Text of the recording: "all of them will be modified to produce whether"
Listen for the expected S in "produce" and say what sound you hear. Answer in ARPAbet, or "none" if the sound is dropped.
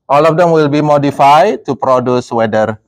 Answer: S